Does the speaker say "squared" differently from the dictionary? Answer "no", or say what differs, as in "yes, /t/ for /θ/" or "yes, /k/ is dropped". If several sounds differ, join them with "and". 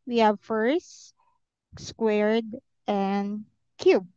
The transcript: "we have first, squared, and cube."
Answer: no